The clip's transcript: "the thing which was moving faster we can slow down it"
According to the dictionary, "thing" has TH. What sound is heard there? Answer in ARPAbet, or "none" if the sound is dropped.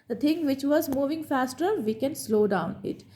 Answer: T